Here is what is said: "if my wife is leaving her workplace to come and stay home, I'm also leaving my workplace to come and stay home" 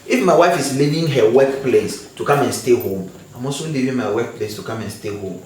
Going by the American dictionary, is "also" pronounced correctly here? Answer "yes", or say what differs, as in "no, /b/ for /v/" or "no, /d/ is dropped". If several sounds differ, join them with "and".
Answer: no, /l/ is dropped